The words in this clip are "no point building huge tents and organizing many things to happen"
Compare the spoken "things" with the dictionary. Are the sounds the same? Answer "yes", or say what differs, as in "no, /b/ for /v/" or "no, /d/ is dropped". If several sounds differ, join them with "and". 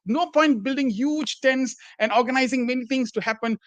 no, /t/ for /θ/ and /s/ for /z/